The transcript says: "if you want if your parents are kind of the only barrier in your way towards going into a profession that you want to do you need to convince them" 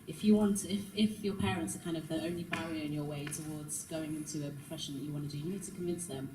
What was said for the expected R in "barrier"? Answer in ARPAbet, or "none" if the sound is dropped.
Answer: none